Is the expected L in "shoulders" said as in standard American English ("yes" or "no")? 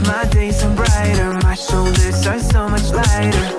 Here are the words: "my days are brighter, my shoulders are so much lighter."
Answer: yes